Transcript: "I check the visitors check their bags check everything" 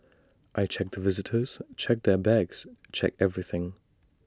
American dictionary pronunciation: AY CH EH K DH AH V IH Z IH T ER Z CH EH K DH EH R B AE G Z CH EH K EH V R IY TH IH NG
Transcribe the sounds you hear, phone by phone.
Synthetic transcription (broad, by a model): AY CH EH K DH AH V IH Z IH T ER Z CH EH K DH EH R B AE G Z CH EH K EH V R IY TH IH NG